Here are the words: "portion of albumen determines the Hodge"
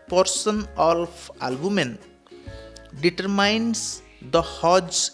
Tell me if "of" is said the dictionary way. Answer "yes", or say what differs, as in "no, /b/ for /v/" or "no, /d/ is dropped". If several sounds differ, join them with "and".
no, /p/ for /v/